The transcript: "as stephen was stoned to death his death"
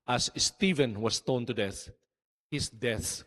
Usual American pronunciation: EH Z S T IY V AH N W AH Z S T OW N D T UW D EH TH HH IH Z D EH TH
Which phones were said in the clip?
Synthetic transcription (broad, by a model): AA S S T IY V AH N W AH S T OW N T UW D EH TH HH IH S D EH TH